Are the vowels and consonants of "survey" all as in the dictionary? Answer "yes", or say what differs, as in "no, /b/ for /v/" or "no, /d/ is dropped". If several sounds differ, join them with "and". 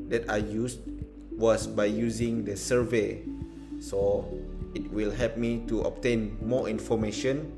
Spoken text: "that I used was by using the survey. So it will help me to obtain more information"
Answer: yes